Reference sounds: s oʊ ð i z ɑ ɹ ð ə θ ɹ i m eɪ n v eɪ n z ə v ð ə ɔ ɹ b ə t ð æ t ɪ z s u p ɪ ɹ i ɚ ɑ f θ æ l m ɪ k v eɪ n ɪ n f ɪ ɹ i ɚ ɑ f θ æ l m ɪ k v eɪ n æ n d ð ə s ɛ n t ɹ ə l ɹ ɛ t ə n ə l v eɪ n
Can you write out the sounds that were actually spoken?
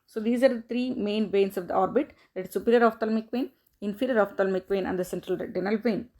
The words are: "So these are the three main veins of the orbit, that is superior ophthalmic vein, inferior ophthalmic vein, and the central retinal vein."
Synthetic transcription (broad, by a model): s oʊ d i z ɑ ɹ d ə t ɹ i m eɪ n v eɪ n s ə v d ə ɔ ɹ b ə t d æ t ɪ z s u p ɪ ɹ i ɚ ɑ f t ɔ l m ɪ k v eɪ n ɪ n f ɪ ɹ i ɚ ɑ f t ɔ l m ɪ k v eɪ n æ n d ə s ɛ n t ɹ ə l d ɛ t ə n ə l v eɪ n